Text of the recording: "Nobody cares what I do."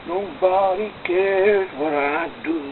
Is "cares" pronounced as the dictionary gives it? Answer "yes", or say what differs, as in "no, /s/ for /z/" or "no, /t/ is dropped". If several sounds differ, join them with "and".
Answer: no, /z/ is dropped